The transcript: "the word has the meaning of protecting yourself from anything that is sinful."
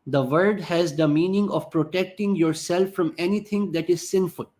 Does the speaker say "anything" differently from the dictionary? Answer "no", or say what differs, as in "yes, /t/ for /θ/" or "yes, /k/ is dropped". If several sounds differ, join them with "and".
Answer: yes, /t/ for /θ/